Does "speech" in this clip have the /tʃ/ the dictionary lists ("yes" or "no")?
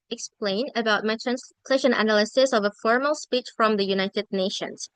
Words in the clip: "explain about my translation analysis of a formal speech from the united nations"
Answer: yes